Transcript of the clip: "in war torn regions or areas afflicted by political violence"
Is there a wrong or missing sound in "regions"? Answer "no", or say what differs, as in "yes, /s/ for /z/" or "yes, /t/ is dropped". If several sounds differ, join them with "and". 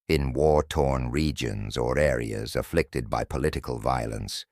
no